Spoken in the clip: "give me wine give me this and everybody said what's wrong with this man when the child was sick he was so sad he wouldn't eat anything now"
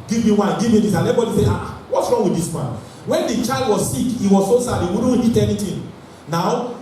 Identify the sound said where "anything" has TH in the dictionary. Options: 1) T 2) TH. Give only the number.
1